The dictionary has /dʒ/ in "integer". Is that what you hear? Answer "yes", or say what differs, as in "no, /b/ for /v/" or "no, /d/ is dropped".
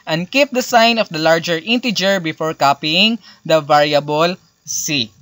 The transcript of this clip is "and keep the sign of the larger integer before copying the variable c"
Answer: yes